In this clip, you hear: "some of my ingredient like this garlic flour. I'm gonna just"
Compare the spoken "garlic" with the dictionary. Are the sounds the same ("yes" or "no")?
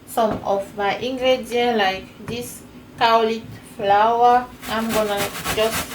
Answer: no